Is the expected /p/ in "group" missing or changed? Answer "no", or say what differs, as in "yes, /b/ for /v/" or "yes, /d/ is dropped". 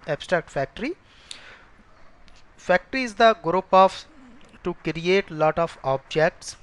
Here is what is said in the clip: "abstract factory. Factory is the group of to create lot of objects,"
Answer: no